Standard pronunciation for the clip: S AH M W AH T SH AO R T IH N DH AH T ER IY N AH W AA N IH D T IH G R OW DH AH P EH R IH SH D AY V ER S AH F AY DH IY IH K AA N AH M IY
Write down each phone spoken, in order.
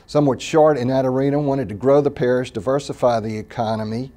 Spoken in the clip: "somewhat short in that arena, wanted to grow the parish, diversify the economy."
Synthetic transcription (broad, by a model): S AH M W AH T SH AO R T IH N DH AH T ER IY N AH W AA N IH D T IH G R OW DH AH P EH R IH SH D AY V ER S AH F AY DH IY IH K AA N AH M IY